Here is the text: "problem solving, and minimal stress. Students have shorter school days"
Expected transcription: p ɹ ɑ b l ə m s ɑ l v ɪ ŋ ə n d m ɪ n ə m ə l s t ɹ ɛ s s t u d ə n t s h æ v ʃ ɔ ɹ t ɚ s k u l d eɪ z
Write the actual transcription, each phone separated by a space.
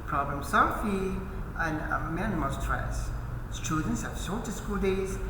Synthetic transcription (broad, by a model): p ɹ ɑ b l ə m s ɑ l f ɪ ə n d m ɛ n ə m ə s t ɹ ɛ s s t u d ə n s h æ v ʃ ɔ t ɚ s k u l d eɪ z